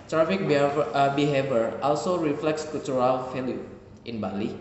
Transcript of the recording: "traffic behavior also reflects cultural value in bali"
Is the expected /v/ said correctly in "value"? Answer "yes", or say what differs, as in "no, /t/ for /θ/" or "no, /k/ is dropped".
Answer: no, /f/ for /v/